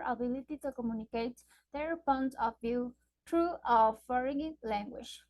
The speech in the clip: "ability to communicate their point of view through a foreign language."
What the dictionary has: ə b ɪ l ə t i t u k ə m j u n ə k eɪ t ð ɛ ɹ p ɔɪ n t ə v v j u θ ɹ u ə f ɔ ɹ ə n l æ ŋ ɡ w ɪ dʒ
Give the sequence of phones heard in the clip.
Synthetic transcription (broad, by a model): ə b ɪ l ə t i t u k ə m j u n ə k eɪ t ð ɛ ɹ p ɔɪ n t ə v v j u t ɹ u ə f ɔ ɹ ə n l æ ŋ ɡ w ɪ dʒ